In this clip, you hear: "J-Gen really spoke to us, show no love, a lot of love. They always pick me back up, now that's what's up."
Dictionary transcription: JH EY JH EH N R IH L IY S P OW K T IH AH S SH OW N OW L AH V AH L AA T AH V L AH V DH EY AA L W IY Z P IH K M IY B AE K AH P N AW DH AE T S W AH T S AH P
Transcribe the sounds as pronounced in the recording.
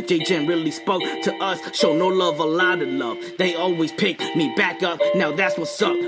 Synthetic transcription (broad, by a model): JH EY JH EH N R IH L IY S P OW K T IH AH S SH OW N OW L AH V AH L AA T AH L AH V DH EY AA L W IY Z P IH K M IY B AE K AH P N AW DH AE T S W AH T S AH